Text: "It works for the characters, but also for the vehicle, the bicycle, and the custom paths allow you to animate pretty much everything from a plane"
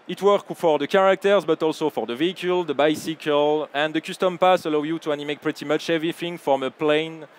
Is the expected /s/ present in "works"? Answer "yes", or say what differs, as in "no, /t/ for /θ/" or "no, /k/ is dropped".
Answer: no, /s/ is dropped